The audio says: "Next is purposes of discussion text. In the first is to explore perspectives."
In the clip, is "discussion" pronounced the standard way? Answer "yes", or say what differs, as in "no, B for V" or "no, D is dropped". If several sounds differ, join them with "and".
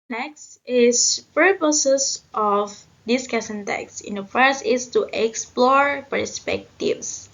no, S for SH